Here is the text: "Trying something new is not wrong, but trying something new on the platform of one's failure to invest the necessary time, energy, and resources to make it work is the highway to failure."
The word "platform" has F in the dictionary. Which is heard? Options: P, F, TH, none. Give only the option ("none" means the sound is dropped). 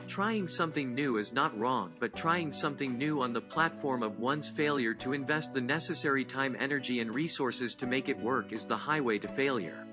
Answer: F